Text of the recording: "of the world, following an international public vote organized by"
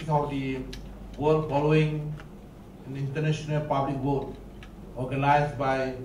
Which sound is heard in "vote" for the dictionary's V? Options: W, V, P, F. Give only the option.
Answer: W